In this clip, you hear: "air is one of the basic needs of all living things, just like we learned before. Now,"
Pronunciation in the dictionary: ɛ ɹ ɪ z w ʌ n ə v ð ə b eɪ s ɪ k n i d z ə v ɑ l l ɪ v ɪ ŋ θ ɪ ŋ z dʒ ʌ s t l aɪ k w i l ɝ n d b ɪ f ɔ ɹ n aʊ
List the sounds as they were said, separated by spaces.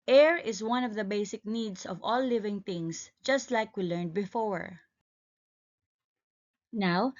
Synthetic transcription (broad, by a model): ɛ ɹ ɪ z w ʌ n ə v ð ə b eɪ s ɪ k n i d s ə v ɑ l l ɪ v ɪ ŋ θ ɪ ŋ s dʒ ʌ s t l aɪ k w i l ɝ n d b ɪ f ɔ ɹ n aʊ